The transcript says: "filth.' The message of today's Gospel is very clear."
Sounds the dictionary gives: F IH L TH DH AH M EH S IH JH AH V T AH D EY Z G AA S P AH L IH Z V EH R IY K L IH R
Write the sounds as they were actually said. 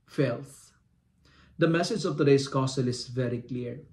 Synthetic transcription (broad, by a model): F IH L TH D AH M EH S IH JH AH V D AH D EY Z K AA S AH L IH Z V EH R IY K L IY R